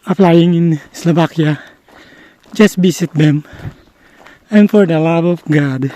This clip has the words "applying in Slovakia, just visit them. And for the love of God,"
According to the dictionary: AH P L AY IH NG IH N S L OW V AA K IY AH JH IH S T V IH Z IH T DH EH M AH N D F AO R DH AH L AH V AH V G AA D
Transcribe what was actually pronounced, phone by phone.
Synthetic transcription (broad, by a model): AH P L AY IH NG IH N S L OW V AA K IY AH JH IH S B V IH S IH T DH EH M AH N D F AO R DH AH L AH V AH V G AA D